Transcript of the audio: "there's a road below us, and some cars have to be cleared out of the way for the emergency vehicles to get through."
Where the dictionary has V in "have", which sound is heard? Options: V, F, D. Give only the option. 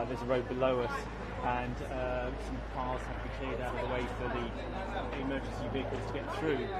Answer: F